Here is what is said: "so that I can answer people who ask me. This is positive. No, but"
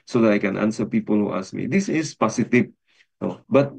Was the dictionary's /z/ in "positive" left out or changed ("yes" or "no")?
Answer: yes